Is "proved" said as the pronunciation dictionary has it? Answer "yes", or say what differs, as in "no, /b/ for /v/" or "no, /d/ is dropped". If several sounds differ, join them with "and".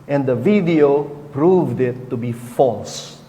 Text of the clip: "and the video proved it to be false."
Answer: yes